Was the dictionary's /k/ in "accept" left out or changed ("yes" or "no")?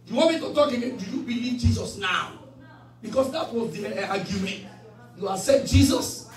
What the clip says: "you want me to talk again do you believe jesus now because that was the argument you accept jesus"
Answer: yes